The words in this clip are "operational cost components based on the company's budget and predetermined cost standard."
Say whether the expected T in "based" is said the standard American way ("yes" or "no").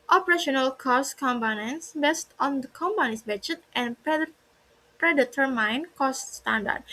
yes